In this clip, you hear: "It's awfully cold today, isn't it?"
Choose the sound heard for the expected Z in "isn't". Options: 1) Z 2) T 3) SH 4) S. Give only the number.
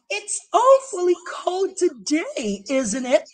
1